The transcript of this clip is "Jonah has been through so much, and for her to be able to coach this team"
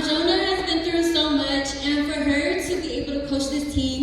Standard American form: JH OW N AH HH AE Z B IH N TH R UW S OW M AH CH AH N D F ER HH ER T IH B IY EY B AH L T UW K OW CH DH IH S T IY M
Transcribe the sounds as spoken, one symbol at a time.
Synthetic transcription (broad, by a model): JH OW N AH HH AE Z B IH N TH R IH S OW M AH CH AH N F ER HH ER T IH B IY EY B AH L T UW K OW SH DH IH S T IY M